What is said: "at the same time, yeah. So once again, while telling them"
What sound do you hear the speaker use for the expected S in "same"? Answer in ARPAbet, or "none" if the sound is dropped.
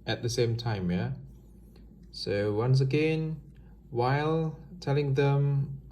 S